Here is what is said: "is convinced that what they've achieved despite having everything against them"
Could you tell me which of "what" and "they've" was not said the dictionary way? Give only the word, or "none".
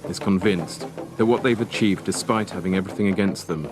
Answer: none